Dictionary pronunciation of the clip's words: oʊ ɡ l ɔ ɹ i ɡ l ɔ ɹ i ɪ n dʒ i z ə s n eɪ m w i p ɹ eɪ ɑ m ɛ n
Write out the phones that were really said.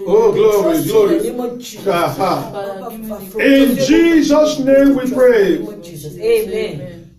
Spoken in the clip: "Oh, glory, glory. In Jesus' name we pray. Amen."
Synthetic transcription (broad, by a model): oʊ ɡ l ɔ ɹ i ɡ l ɔ ɹ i ɪ n dʒ i z ə s n eɪ m w i p ɹ eɪ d